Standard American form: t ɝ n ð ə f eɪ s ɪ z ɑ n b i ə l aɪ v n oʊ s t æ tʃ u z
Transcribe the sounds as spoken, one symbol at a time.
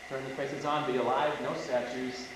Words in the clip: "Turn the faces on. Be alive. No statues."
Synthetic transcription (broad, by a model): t ɝ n ð ə p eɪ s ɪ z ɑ n b i ə l aɪ v n oʊ s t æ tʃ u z